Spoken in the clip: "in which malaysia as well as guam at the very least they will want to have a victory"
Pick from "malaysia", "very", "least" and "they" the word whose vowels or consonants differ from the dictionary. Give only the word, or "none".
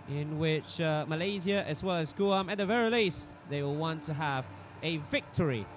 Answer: malaysia